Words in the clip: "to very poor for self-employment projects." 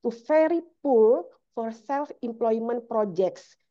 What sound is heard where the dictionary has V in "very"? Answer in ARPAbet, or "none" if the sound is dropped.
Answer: F